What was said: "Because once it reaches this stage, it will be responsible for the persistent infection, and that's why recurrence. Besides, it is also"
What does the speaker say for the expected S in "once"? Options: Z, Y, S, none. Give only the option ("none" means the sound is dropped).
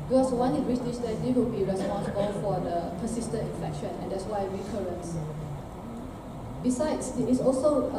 none